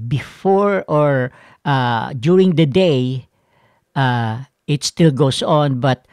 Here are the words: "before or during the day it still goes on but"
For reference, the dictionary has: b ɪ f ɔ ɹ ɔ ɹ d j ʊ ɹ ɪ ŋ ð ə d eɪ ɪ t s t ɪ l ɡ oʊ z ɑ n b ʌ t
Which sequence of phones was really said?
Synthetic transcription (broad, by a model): b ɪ f ɔ ɹ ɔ ɹ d j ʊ ɹ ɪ ŋ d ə d eɪ ɪ t s t ɪ l ɡ oʊ s ɑ n b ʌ t